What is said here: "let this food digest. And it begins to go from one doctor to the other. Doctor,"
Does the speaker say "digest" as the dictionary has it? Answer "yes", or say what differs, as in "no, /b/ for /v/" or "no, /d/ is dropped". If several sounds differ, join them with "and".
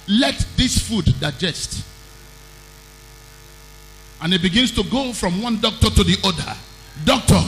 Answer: yes